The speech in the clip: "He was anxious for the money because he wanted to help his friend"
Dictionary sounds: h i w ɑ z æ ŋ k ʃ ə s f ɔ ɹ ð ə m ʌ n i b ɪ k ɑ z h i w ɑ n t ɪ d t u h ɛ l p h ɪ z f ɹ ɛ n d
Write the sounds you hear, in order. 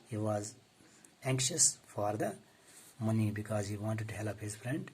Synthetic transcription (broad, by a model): h i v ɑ z æ ŋ k ʃ ə s f ɔ ɹ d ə m ʌ n i b ɪ k ɑ z h i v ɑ n t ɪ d t u h ɛ l p h ɪ z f ɹ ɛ n d